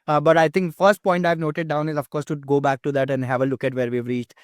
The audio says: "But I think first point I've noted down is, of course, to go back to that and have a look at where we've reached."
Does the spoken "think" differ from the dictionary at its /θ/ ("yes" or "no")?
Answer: yes